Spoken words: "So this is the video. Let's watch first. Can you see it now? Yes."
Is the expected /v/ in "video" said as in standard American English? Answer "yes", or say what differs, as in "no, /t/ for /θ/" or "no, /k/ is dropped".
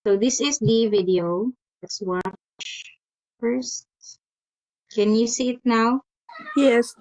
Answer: yes